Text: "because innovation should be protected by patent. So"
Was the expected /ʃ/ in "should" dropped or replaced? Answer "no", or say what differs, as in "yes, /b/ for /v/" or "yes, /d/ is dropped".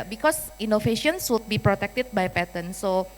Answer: yes, /s/ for /ʃ/